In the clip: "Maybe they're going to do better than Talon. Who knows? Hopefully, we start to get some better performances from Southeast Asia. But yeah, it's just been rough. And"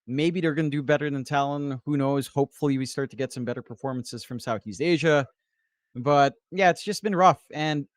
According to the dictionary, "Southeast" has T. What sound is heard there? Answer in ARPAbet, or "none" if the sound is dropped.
T